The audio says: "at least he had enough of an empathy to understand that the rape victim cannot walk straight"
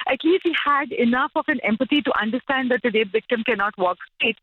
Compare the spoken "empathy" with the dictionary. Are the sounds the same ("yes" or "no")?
no